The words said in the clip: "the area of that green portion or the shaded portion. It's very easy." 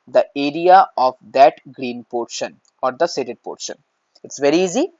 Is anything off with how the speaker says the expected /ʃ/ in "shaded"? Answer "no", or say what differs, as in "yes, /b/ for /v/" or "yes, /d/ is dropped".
yes, /s/ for /ʃ/